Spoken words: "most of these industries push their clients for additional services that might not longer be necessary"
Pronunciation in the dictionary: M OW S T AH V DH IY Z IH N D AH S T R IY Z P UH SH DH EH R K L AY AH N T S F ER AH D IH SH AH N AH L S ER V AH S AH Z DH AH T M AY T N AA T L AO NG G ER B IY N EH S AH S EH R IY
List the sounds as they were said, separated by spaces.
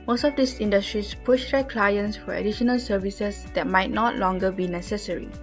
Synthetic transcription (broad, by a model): M OW S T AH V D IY S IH N D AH S T R IY S P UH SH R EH K L AY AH N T S F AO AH D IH SH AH N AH L S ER V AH S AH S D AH T M AY T N AA T L AO NG G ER B IY N EH S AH S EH R IY